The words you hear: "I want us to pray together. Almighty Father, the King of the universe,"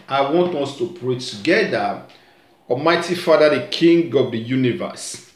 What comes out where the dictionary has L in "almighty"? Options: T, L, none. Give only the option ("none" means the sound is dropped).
none